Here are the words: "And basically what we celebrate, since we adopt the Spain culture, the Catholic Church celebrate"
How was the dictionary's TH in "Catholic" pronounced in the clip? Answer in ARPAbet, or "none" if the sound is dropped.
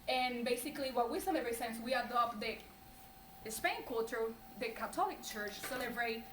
T